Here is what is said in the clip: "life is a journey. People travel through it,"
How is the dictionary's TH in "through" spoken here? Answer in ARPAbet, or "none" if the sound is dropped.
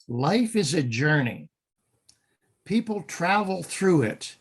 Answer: TH